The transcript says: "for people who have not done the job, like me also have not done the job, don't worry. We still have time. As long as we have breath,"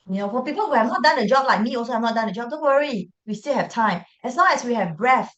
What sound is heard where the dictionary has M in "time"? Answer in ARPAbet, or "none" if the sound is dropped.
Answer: M